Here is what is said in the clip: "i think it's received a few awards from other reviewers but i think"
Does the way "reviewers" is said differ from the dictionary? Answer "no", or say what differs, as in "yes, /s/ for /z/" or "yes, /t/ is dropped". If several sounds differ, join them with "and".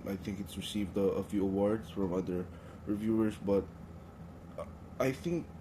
yes, /s/ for /z/